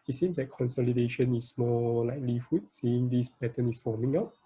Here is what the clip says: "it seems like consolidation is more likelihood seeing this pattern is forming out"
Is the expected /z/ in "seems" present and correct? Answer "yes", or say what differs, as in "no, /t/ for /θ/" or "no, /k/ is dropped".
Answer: no, /s/ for /z/